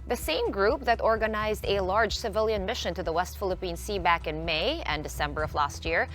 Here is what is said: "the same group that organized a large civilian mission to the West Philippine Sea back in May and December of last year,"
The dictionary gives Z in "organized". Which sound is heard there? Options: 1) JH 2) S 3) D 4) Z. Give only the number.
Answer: 4